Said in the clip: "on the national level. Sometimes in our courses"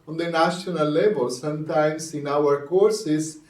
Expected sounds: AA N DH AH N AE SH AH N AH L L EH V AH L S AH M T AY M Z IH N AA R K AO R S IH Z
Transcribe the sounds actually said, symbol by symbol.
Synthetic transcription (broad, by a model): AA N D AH N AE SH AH N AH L L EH B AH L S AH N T AY M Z IH N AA R K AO R S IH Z